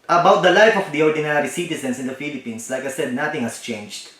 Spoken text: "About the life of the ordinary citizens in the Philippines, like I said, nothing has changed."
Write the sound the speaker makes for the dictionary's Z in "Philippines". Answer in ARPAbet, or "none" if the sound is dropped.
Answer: S